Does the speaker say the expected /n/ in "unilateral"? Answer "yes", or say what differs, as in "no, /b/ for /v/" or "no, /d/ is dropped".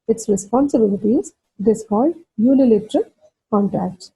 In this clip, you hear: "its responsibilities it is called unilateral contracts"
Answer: no, /l/ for /n/